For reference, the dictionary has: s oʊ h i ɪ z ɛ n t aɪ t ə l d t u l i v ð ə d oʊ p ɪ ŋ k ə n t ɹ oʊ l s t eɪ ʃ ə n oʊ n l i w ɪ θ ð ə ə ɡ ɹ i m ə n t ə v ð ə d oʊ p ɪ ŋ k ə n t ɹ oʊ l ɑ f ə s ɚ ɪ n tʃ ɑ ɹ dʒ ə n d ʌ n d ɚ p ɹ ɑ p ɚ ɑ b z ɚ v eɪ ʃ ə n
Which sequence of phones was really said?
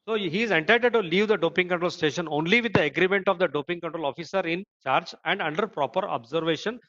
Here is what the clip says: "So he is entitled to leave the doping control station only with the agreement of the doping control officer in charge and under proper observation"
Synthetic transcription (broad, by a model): s oʊ h i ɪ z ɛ n t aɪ t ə d t u l i v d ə d oʊ p ɪ ŋ k ə n t ɹ oʊ l s t eɪ ʃ ə n oʊ n l i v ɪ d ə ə ɡ ɹ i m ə n t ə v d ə d oʊ p ɪ ŋ k ə n t ɹ oʊ l ɑ f ə s ɚ ɪ n tʃ ɑ ɹ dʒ ə n d ʌ n d ɚ p ɹ ɑ p ɚ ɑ b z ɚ v eɪ ʃ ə n